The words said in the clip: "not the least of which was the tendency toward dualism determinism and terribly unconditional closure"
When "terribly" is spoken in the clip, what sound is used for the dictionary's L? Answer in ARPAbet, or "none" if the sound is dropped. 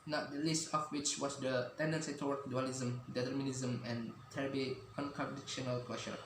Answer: none